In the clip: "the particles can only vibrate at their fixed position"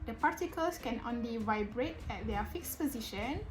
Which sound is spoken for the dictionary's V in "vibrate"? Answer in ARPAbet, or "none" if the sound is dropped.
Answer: V